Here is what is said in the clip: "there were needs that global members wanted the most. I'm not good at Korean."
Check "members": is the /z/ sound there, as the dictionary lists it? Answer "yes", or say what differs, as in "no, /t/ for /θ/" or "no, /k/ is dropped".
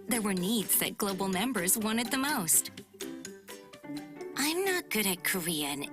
yes